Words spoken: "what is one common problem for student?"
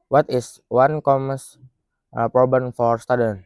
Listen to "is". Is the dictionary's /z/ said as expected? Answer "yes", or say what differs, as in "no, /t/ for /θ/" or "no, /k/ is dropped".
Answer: no, /s/ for /z/